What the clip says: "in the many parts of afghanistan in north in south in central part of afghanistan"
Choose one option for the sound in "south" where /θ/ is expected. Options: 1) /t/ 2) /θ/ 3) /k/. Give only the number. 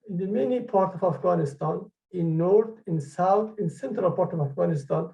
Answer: 1